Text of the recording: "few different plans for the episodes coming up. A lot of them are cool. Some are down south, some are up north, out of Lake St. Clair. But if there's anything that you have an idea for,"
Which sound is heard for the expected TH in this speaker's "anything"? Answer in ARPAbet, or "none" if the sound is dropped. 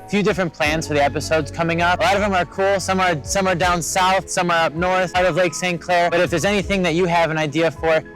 TH